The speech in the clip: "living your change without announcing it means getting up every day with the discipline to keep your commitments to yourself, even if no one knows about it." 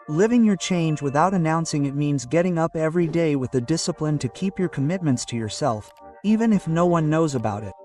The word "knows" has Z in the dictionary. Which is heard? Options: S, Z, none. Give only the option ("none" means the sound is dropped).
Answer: Z